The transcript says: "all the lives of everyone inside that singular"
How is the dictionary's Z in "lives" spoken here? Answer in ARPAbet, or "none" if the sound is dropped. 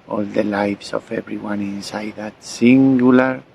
S